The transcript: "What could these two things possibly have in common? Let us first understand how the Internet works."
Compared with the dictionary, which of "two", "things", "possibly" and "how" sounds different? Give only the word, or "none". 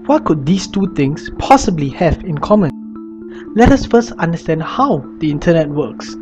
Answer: things